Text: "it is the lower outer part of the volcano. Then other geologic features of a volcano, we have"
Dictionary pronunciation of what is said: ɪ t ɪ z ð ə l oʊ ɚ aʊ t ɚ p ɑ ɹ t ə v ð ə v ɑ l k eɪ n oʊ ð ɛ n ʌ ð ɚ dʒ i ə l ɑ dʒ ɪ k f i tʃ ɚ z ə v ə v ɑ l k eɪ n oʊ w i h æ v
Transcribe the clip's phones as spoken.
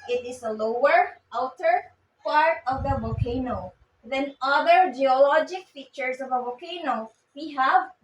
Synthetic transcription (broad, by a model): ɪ t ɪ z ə l oʊ ɚ aʊ t ɚ p ɑ ɹ t ə v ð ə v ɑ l k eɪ n oʊ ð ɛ n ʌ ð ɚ dʒ i ə l ɑ dʒ ɪ k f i tʃ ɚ s ə v ə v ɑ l k eɪ n oʊ w i h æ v